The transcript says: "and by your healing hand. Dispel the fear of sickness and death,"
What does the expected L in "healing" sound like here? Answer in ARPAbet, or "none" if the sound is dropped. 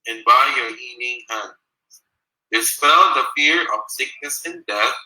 N